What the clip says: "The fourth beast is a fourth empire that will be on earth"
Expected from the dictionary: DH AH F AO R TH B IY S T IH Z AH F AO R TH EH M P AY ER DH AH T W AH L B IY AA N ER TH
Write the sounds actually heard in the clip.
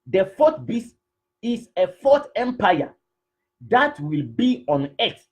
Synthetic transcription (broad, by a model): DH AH F AO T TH B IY S IH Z AH F AO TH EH M P AY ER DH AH T W AH L B IY AA N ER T